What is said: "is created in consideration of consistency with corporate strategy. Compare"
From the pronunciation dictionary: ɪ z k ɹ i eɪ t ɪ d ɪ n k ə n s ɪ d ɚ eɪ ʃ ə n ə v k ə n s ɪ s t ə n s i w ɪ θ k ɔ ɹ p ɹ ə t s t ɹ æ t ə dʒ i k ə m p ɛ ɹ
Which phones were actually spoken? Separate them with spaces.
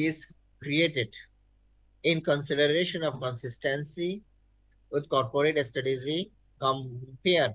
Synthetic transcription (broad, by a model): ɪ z k ɹ i eɪ t ɪ d ɪ n k ə n s ɪ d ɚ eɪ ʃ ə n ə v k ə n s ɪ s t ə n s i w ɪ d k ɔ ɹ p ɹ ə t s t ʌ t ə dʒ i k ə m p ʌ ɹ